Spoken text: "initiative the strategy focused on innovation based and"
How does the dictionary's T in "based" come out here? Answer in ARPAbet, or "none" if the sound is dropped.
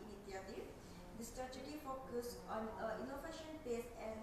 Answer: none